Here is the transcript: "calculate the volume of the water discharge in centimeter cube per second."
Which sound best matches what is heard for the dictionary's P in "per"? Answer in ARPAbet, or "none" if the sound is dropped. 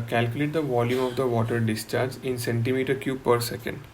P